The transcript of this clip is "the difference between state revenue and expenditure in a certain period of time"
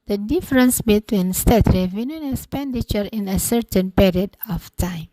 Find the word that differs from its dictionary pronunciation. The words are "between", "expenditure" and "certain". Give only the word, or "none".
none